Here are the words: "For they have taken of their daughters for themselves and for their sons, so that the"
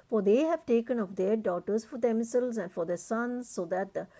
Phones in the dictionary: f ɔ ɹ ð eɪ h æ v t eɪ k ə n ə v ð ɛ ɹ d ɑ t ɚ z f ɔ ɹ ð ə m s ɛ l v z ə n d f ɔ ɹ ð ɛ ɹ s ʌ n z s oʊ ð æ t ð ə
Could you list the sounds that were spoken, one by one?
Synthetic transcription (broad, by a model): f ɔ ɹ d eɪ h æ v t eɪ k ə n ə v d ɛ ɹ d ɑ t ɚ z f ɔ ɹ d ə m s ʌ l z ə n d f ɔ ɹ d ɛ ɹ s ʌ n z s oʊ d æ t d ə